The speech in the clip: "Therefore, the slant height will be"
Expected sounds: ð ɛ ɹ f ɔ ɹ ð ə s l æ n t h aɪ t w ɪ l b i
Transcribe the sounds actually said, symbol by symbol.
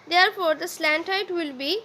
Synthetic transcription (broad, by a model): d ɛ ɹ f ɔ ɹ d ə s l æ n t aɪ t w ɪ l b i